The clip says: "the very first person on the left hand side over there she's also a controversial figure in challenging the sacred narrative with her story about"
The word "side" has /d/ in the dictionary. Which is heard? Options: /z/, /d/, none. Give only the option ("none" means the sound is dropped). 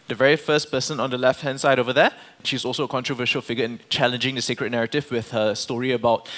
/d/